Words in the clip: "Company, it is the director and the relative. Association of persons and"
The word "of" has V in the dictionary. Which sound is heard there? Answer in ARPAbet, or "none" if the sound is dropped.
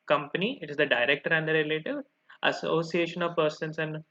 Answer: V